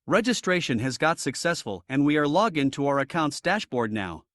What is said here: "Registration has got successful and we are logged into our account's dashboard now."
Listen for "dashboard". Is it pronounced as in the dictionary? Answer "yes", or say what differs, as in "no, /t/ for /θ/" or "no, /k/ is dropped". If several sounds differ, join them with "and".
yes